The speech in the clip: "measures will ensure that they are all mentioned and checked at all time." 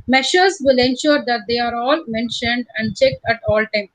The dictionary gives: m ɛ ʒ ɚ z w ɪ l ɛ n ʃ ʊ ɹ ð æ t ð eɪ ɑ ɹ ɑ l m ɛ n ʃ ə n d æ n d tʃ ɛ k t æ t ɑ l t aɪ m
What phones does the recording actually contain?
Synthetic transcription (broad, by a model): m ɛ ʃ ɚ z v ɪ l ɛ n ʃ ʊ ɹ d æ t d eɪ ɑ ɹ ɑ l m ɛ n ʃ ə n d æ n d tʃ ɛ k t æ t ɑ l t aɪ m